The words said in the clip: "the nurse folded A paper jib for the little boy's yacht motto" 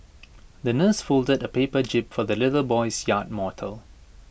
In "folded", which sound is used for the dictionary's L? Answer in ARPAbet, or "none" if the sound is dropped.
L